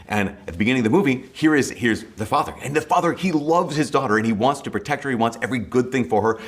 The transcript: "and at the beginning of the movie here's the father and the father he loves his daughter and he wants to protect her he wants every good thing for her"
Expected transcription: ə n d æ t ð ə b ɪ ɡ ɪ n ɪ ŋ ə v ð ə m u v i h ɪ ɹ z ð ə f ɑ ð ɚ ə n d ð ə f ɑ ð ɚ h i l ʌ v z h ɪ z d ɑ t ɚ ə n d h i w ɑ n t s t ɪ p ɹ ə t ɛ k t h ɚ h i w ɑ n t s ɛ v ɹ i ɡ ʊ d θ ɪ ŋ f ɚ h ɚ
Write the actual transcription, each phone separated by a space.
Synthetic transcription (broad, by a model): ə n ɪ t ð ə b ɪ ɡ ɪ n ɪ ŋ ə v ð ə m u v i h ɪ ɹ z ð ə f ɑ ð ɚ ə n ð ə f ɑ ð ɚ h i l ʌ v z h ɪ z d ɑ t ɚ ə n i w ɑ n t s t ɪ p ɹ ə t ɛ k t h ɚ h i w ɑ n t s ɛ v ɹ i ɡ ʊ d θ ɪ ŋ f ɚ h ɚ